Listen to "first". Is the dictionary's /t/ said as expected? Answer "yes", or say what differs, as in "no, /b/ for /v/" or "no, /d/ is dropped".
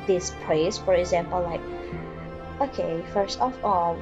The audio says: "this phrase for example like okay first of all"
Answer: yes